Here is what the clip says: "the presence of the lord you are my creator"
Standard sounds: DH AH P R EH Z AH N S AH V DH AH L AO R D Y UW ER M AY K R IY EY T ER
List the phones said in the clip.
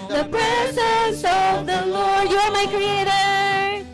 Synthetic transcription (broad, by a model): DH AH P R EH S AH S AH V DH AH L AO R D Y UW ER M AY K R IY EY T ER